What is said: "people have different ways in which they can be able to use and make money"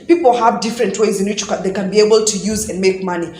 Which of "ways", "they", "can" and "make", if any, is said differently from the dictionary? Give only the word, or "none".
none